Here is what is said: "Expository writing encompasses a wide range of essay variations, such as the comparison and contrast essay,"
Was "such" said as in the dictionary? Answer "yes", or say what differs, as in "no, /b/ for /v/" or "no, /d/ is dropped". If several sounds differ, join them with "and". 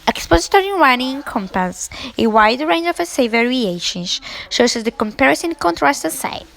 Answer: no, /s/ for /tʃ/